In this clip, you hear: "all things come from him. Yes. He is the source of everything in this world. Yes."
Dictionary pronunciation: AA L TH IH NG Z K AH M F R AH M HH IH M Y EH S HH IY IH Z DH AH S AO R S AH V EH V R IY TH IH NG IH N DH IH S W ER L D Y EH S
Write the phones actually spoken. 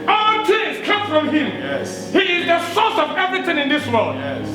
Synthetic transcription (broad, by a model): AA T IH Z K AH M F R AH M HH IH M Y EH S HH IY IH Z DH AH S AO S AH V EH V R IY TH IH NG IH N DH IH S W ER L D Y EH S